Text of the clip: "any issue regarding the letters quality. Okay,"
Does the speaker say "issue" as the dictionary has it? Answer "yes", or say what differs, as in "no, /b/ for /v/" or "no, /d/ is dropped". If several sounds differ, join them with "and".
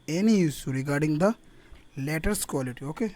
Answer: no, /s/ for /ʃ/